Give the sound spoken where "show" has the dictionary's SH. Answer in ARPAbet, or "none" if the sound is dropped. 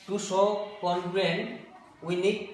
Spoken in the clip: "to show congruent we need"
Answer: S